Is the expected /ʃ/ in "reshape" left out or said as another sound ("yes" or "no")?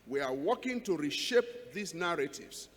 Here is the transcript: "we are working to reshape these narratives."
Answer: no